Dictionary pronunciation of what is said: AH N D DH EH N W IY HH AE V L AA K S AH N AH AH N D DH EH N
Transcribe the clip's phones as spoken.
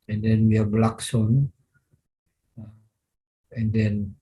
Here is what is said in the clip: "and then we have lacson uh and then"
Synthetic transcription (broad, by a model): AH N D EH N W IY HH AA B L AA K S AH N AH AH N D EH N